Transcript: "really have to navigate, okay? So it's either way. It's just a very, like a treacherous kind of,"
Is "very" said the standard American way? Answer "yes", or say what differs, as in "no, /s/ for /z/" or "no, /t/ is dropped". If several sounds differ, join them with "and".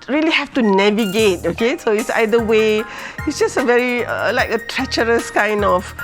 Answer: yes